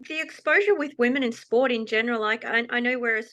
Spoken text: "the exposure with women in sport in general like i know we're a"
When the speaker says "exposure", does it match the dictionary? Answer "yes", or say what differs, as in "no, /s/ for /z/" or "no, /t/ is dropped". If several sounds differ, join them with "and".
yes